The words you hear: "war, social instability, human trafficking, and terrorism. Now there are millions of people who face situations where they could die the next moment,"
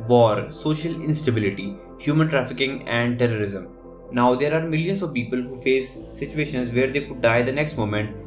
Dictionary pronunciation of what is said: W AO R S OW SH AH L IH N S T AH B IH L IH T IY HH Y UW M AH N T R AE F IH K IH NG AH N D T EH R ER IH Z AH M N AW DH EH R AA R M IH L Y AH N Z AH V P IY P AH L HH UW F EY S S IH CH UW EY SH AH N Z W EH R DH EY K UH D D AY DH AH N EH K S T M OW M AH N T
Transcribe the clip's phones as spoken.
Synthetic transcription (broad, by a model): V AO R S OW SH AH L IH N S T AH B IH L IH T IY HH Y UW M AH N T R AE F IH K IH NG AH N D T EH R ER IH Z AH M N AW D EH R AA R M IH L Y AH N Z AH V P IY P AH L HH UW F EY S S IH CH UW EY SH AH N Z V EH R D EY K UH D D AY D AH N EH K S T M OW M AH N T